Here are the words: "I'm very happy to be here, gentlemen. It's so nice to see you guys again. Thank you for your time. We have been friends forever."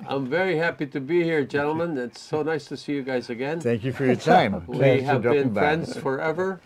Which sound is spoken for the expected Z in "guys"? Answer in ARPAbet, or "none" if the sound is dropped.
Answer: Z